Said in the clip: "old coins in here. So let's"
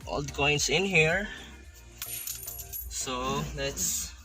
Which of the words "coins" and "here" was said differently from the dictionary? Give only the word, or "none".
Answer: coins